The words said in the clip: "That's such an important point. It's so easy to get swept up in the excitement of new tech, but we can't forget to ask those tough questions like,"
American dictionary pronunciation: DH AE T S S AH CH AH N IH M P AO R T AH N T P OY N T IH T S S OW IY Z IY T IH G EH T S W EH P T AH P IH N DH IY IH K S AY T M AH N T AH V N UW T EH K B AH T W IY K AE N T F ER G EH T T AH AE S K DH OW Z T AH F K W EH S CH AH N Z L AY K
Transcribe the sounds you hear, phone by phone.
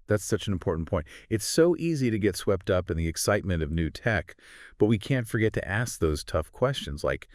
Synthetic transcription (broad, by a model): DH AE T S S AH CH N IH M P AO R T N P OY N T IH T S S OW IY Z IY T IH G EH T S W EH P T AH P IH N DH IY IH K S AY T M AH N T AH V N UW T EH K B AH T W IY K AE N T F ER G EH T T AE S K DH OW Z T AH F K W EH S CH AH N Z L AY K